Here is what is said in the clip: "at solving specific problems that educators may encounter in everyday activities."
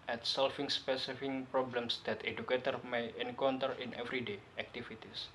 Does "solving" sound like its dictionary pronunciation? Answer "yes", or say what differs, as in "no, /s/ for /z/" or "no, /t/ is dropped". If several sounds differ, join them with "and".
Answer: no, /f/ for /v/